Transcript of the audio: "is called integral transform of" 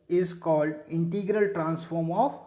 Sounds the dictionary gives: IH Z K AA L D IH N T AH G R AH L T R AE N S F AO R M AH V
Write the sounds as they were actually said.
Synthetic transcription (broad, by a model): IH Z K AA L D IH N T AH G R AH L T R AE N S F AO R M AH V